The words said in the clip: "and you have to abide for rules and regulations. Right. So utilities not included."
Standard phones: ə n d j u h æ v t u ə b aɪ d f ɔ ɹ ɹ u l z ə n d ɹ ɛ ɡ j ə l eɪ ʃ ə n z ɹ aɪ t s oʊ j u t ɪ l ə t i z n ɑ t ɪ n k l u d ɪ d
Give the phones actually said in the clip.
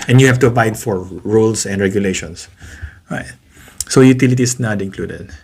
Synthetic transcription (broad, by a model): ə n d j u h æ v t u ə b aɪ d f ɔ ɹ ɹ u l s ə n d ɹ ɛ ɡ j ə l eɪ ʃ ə n s ɹ aɪ t s oʊ j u t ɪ l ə t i s n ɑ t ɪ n k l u d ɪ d